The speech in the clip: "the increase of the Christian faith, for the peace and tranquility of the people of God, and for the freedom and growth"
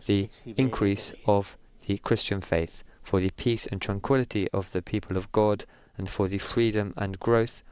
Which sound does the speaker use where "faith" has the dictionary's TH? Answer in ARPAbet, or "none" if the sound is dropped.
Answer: TH